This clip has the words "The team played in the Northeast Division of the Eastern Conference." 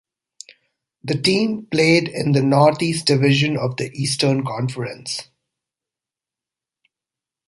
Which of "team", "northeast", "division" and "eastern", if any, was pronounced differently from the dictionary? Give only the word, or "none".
northeast